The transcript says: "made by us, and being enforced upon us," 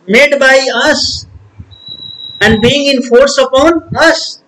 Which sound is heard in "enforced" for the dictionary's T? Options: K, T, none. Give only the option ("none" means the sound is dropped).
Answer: none